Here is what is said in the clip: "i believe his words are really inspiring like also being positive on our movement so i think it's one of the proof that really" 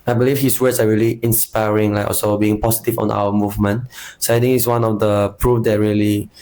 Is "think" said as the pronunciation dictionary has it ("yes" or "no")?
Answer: no